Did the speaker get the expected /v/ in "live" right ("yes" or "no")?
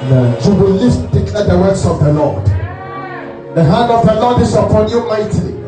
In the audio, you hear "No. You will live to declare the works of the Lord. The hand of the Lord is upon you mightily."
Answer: no